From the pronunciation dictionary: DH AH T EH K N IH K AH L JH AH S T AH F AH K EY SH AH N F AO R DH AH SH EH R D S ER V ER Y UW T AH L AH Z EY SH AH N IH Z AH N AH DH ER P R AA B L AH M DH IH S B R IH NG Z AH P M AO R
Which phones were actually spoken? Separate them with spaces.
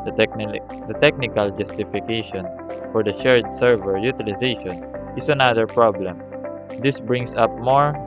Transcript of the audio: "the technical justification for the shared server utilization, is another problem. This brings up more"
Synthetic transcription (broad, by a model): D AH T EH K N IH K AH L JH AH S T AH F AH K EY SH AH N F AO R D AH SH EH R D S ER V ER Y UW T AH L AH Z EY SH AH N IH S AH N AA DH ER P R AA B L AH M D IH S B R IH NG S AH P M AO R